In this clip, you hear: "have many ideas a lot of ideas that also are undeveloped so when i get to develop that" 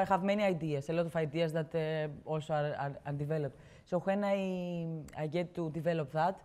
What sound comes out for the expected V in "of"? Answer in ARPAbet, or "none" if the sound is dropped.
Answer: F